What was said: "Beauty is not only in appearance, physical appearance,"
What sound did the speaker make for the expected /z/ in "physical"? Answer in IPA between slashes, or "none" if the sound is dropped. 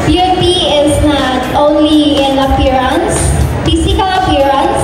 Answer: /s/